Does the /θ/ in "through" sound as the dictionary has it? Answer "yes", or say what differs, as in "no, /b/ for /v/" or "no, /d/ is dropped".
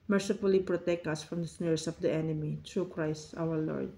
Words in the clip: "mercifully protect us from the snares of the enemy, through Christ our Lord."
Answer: no, /t/ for /θ/